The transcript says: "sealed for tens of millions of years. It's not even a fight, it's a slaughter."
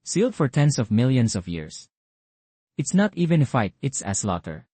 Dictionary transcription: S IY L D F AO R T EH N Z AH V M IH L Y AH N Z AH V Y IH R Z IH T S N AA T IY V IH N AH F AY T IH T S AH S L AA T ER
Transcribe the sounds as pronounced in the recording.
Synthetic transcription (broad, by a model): S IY L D F AO R T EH N S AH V M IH L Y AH N S AH V Y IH R S IH T S N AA T IY V IH N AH F AY T IH T S AH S L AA T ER